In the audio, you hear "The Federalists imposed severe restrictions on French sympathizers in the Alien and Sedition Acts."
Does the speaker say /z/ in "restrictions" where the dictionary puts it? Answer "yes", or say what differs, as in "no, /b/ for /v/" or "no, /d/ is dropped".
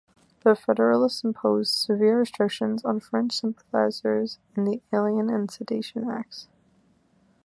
yes